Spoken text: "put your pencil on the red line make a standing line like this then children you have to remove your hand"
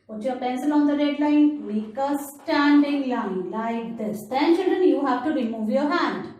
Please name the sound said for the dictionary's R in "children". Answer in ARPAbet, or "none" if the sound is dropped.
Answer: none